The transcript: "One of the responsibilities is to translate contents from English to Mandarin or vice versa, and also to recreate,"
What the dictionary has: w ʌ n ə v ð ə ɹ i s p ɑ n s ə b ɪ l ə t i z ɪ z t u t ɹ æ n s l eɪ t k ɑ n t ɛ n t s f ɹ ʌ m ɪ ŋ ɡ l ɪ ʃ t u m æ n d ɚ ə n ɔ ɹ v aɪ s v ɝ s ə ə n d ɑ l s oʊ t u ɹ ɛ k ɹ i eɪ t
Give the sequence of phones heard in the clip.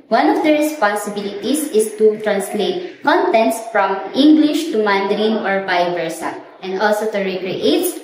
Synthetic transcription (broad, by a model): w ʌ n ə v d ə ɹ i s p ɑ n s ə b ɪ l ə t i s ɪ s t u t ɹ æ n s l eɪ t k ɑ n t ɛ n t s f ɹ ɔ m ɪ ŋ ɡ l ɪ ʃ t u m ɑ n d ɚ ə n ɔ ɹ b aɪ v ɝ s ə ə n d ɑ l s oʊ t u ɹ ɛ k ɹ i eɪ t